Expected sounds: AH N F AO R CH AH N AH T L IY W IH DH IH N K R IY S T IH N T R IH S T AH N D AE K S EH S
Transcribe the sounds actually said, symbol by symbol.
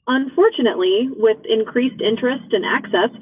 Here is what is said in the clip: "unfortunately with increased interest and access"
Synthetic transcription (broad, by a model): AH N F AO R CH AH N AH T L IY W IH DH IH N K R IY S T IH N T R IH S T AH N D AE K S EH S